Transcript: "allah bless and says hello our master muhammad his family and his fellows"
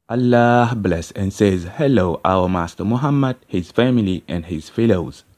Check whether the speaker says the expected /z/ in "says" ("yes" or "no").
yes